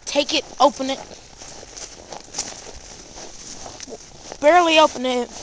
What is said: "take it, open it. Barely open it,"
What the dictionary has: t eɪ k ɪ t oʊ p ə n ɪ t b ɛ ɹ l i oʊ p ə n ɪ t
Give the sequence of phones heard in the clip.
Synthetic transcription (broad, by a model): t eɪ k ɪ t oʊ p ə n ɪ t b ɛ ɹ l i oʊ p ə n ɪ t